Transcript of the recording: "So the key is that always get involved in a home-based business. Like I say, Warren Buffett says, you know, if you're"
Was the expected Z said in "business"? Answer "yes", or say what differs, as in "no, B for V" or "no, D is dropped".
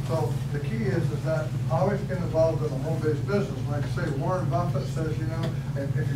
yes